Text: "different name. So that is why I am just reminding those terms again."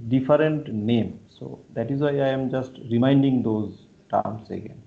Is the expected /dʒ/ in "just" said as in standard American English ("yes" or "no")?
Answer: yes